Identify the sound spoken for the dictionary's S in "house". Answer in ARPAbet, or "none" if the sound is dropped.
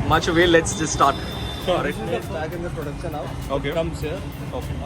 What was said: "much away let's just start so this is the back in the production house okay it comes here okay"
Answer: none